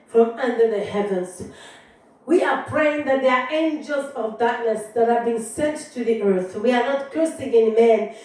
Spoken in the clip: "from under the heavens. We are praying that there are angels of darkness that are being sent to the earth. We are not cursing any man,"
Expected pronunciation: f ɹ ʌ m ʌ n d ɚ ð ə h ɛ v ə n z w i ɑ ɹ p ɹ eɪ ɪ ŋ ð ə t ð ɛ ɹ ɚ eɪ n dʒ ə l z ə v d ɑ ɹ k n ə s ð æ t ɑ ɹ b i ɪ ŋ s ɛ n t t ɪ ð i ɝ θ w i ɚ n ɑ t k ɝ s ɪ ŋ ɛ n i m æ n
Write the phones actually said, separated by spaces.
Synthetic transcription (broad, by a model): f ɹ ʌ m ʌ n d ɚ ð ə h ɛ v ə n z w i ɑ ɹ p ɹ eɪ ɪ ŋ ð ə t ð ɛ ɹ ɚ eɪ n dʒ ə l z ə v d ɑ ɹ k n ə s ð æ t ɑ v b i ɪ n s ɛ n t t ɪ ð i ɝ θ w i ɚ n ɑ t k ɝ s ɪ ŋ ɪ n m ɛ n